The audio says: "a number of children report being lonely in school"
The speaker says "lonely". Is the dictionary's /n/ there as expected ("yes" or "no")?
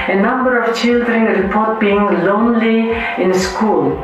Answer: yes